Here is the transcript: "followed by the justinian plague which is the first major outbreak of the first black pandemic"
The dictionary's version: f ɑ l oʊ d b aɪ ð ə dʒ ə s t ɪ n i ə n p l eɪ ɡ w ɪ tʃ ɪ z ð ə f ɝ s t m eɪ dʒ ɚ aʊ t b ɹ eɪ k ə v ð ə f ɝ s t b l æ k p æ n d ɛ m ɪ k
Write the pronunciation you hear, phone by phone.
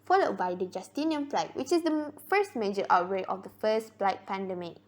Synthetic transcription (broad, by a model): f ɑ l oʊ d b aɪ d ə dʒ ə s t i n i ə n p l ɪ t w ɪ tʃ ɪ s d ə f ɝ s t m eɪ dʒ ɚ aʊ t ɹ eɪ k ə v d ə f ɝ s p l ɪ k p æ n d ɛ m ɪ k